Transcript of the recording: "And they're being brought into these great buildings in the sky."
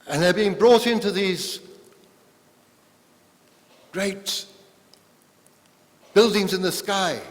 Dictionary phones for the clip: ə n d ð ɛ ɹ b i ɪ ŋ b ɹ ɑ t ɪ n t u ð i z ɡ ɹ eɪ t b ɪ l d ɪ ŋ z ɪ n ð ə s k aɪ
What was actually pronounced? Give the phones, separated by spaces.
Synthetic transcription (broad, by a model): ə n ð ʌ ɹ b i ɪ ŋ b ɹ ɑ t ɪ n t u ð i z ɡ ɹ eɪ t b ɪ l d ɪ ŋ z ɪ n ð ə s k aɪ